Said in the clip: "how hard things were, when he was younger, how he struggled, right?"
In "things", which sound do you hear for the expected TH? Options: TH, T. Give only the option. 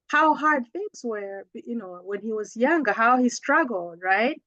TH